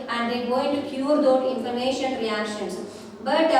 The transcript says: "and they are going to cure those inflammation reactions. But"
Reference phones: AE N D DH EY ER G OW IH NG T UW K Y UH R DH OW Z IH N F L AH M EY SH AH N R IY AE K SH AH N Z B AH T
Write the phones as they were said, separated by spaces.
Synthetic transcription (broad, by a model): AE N D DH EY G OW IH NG T UW K Y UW R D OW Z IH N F AH M EY SH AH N R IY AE K SH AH N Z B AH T